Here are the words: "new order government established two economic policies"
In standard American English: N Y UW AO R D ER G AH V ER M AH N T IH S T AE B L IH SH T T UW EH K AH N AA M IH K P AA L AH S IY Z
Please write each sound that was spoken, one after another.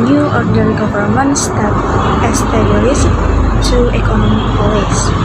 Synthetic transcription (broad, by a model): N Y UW AO R D ER G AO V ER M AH N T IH S T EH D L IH S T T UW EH K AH N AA M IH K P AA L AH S